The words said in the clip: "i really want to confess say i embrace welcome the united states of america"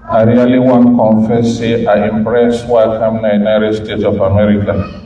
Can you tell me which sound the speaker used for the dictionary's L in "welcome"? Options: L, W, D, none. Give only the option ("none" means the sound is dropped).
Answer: none